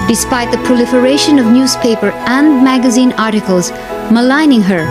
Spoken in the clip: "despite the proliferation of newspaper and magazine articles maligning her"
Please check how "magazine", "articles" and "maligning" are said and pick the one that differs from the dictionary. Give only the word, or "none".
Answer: none